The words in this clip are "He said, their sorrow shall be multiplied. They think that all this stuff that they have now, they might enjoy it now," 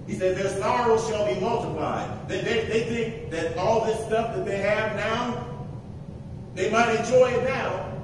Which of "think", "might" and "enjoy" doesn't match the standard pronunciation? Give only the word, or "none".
none